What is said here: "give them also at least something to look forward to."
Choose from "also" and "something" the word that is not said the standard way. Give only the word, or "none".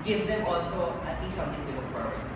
something